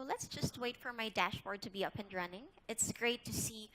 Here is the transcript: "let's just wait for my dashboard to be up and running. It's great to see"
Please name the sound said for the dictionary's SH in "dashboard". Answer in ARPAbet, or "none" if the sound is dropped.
SH